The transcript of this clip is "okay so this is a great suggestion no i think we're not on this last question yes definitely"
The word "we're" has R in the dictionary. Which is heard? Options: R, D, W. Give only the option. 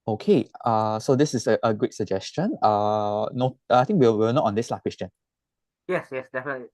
W